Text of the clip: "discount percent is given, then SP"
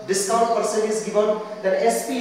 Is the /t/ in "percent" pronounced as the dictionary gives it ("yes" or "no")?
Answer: no